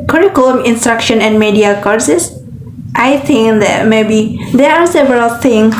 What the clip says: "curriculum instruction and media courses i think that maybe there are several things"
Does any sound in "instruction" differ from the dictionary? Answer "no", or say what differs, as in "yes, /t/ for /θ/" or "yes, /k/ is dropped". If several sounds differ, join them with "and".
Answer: no